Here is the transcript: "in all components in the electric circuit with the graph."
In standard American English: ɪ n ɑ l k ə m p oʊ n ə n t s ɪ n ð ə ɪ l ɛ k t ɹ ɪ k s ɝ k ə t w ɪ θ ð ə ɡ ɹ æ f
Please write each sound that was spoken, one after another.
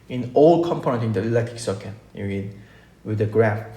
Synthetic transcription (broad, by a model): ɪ n ɑ l k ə m p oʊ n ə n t ɪ n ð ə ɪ l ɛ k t ɪ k s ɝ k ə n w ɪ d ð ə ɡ ɹ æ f